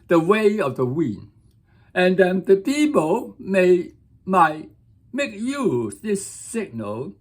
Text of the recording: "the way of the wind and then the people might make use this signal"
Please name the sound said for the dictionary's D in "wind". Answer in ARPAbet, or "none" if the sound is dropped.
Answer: none